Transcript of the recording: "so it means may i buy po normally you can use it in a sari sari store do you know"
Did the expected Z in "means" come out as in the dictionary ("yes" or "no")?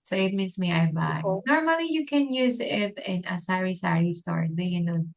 no